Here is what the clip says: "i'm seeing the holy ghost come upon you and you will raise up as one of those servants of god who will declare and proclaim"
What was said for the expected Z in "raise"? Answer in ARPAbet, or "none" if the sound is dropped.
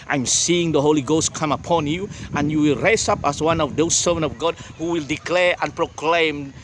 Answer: S